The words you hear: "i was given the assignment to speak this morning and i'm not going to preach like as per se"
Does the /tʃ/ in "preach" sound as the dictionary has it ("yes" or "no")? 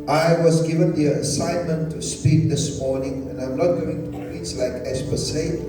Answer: no